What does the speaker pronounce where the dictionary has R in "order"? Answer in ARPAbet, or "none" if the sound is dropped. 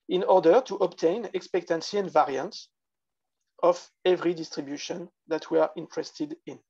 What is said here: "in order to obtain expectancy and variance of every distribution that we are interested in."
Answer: R